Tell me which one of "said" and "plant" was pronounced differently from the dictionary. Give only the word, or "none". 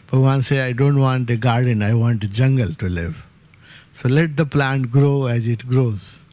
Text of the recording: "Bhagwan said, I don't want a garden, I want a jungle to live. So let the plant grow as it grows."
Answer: said